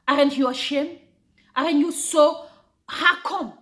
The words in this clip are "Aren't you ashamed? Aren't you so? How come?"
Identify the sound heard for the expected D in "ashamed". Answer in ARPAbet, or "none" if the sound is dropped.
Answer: none